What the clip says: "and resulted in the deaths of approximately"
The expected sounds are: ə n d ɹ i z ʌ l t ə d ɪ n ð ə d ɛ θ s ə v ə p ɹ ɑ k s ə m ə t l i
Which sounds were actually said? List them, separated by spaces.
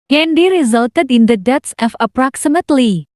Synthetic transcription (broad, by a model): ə n d ɹ i z ʌ l t ə d ɪ n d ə d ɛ t s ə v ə p ɹ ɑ k s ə m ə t l i